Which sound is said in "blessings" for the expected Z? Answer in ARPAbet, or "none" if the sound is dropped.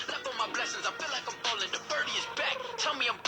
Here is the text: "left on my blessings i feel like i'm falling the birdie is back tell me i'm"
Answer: Z